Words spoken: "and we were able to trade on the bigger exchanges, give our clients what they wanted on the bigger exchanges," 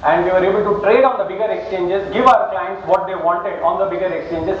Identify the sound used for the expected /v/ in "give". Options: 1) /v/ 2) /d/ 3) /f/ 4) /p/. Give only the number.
1